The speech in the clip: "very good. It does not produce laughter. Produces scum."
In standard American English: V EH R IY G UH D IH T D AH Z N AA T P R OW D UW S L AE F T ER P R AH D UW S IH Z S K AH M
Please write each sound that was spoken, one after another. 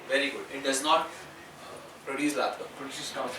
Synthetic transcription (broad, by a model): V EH R IY G UH D IH T D AH Z N AA T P R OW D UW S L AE T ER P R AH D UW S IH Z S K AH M